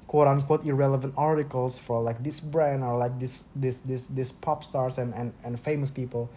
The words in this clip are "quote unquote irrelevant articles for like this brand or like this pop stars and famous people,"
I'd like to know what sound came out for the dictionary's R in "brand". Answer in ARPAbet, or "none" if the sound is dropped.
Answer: R